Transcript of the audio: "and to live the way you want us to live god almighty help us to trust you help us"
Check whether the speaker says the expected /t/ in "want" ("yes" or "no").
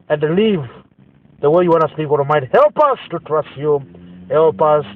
no